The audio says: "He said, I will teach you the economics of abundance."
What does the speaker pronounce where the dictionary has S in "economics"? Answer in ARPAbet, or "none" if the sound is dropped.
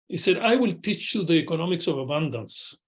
S